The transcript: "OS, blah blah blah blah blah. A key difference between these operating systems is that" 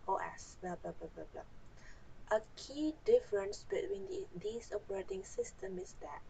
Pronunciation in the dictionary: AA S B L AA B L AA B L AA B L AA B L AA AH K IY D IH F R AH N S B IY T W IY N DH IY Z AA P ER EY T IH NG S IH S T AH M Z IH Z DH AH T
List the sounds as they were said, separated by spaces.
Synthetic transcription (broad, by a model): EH S B L AA B L AA B L AA B L AA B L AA AH K IY D IH F R AH N S B IY T W IY N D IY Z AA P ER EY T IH NG S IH S T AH M IH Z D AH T